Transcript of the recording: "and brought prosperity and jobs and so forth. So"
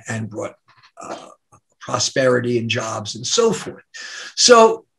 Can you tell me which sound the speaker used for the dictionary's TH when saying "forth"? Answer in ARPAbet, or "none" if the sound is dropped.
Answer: TH